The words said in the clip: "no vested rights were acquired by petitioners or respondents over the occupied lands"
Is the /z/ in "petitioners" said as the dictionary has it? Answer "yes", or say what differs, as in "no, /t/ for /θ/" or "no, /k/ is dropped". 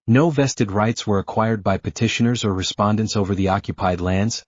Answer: yes